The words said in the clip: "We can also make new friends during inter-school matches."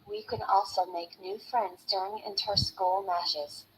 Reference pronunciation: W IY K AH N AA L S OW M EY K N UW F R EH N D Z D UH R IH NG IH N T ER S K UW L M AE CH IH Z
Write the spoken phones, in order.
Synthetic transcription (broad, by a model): W IY K AH N AA L S OW M EY K N UW F R EH N D Z D UH R IH NG IH N T ER S K UW L M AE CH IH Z